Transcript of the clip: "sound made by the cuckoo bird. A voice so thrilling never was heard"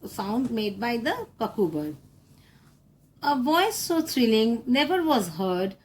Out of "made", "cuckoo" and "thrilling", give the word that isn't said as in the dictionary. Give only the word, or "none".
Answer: thrilling